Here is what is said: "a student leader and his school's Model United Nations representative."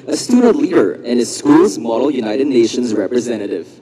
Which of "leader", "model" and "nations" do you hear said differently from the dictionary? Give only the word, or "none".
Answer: none